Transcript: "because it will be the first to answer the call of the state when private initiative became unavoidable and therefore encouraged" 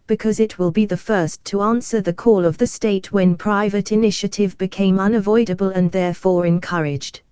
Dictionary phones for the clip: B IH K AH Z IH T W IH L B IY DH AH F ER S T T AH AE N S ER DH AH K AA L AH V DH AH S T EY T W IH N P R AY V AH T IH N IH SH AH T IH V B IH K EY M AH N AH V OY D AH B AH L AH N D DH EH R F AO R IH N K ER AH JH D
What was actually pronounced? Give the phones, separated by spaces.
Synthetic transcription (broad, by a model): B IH K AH Z IH T W IH L B IY DH AH F ER S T T AH AE N S ER DH AH K AA L AH V DH AH S T EY T W IH N P R AY V AH T IH N IH SH AH T IH V B IH K EY M AH N AH V OY D AH B AH L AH N DH EH R F AO R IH N K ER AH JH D